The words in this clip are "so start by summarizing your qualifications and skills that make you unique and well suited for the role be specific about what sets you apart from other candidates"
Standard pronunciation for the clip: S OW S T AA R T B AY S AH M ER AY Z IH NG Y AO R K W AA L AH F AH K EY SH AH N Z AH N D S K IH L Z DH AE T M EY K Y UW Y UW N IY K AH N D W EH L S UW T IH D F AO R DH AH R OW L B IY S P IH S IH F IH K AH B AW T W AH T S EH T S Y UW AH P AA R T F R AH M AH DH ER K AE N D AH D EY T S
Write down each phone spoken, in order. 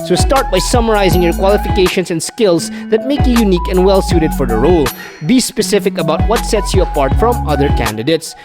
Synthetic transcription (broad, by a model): S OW S T AA R T B AY S AH M ER AY Z IH NG Y AO R K W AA L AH F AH K EY SH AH N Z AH N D S K IH L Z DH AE T M EY K Y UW Y UW N IY K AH N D W EH L S UW T IH D F AO R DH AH R OW L B IY S P IH S IH F IH K AH B AW T W AH T S EH T S Y UW AH P AA R T F R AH M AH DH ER K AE N D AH D EY T S